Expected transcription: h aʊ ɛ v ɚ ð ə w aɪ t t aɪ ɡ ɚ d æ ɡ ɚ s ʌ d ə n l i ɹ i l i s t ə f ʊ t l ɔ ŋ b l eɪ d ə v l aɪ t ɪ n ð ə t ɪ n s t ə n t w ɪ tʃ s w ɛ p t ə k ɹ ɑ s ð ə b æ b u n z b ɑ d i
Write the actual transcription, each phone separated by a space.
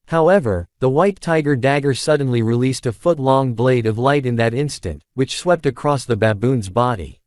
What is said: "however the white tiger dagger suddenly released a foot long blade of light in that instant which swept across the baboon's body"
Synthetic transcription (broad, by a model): h aʊ ɛ v ɚ ð ə w aɪ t t aɪ ɡ ɚ d æ ɡ ɚ s ʌ d n l i ɹ i l i s t ə f ʊ t l ɔ ŋ b l eɪ d ə v l aɪ t ɪ n ð ə t ɪ n s t ə n t w ɪ tʃ s w ɛ p t ə k ɹ ɑ s ð ə b æ b u n z b ɑ d i